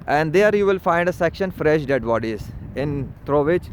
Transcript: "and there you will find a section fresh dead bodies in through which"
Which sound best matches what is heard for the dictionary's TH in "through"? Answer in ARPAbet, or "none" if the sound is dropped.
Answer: T